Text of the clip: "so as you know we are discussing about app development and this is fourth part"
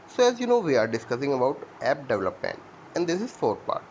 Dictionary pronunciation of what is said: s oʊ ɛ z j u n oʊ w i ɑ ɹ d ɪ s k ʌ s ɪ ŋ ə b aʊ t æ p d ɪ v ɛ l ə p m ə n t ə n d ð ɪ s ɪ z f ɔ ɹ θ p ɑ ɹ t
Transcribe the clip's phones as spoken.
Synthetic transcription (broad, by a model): s oʊ ɛ z j u n oʊ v i ɑ ɹ d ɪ s k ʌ s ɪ ŋ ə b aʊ t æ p d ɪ v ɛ l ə p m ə n ə n d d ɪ s ɪ z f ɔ ɹ t p ɑ ɹ t